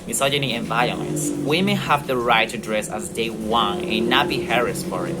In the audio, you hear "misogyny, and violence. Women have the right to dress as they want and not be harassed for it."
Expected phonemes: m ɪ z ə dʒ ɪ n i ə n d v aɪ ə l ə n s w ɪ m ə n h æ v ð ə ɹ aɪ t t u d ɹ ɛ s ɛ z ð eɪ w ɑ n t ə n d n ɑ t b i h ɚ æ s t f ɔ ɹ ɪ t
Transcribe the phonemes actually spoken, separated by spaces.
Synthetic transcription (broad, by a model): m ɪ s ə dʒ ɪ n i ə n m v aɪ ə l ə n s w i m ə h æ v ð ə ɹ aɪ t t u d ɹ ɛ s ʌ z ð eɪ w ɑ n ə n n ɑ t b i h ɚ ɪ s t f ɔ ɹ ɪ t